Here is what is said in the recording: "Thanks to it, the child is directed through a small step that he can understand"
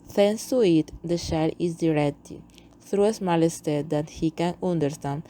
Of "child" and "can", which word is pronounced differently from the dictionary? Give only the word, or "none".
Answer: child